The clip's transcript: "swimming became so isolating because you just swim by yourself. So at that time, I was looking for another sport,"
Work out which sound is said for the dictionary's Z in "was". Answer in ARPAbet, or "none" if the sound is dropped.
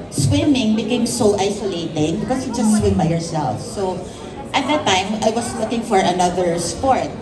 S